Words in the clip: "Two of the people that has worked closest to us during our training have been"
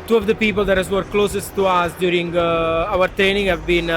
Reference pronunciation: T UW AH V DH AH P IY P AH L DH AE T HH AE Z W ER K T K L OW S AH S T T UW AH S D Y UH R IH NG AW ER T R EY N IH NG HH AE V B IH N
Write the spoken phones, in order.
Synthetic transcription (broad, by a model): T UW AH V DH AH P IY P AH L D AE T HH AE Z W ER T K L OW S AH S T T UW AH S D Y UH R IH NG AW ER T R EY N IH NG HH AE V B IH N